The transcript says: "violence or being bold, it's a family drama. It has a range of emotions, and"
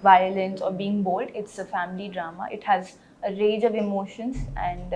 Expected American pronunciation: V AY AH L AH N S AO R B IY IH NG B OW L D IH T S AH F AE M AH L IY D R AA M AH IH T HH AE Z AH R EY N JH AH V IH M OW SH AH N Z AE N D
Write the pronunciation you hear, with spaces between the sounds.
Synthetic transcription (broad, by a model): V AY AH L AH N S AO R B IY IH NG B OW L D IH T S AH F AE M AH L IY D R AA M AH IH T HH AE Z AH R EY JH AH V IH M OW SH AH N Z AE N D